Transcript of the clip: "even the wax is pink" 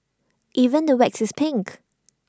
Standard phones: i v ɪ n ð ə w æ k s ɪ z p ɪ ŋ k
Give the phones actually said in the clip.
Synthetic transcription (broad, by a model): i v ɪ n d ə w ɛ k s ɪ s p ɪ ŋ k